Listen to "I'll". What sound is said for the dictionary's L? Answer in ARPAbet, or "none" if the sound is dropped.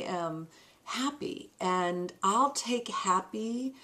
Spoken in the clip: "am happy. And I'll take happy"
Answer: L